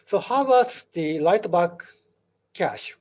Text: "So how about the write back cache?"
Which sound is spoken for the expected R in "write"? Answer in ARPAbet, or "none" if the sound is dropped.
L